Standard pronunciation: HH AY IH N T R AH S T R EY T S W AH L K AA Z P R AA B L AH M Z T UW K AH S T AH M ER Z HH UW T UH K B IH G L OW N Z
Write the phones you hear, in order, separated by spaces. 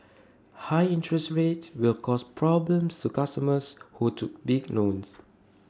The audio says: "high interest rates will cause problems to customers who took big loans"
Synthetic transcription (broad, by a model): HH AY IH N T R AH S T R EY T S W AH L K AA S P R AA B L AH M S T UW K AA S T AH M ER S HH UW T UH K B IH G N OW N S